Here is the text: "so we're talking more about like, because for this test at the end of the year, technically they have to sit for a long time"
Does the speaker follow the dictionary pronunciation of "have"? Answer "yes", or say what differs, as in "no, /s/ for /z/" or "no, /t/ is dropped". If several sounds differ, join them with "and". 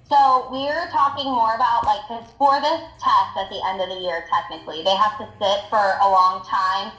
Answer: no, /f/ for /v/